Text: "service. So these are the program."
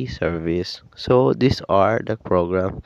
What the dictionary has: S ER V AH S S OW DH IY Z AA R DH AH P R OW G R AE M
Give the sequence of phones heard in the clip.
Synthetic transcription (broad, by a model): S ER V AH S S OW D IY S AA R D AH P R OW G R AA M